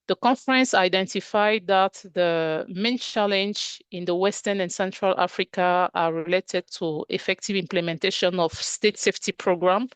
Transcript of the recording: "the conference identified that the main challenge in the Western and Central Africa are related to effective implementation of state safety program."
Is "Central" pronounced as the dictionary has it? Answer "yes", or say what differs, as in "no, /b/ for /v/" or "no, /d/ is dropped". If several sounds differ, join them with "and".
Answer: yes